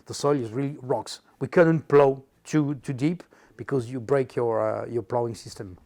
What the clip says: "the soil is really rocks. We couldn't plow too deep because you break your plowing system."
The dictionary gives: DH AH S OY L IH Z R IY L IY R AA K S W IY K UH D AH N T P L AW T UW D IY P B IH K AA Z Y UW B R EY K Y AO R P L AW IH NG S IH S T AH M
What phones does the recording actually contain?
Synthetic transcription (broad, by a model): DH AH S OY L IH Z R IY L IY R AA K S W IY K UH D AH N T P L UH T UW D IY P B IH K AA Z Y UW B R EY K Y AO R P L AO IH NG S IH S T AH M